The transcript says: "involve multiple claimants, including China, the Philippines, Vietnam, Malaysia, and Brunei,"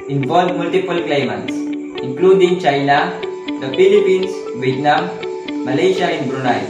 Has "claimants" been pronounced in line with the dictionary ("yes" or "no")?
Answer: yes